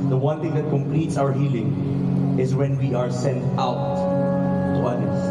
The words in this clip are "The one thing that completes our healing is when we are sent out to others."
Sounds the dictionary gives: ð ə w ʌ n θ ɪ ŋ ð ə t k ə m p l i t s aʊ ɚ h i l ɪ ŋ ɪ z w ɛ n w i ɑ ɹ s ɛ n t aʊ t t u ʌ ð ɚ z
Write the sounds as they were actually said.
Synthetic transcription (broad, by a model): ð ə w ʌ n t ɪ ŋ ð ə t k ə m p l i t s aʊ ɚ h i l ɪ ŋ ɪ z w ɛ n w i ɑ ɹ s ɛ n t aʊ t t u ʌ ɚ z